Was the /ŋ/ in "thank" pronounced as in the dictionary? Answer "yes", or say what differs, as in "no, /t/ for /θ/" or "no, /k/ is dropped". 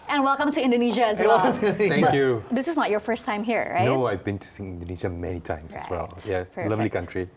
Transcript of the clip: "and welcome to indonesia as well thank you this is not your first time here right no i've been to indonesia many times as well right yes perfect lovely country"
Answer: no, /ŋ/ is dropped